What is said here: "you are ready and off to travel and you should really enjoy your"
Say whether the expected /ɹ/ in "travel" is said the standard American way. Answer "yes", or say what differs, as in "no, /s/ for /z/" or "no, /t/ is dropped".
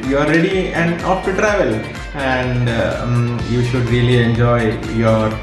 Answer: yes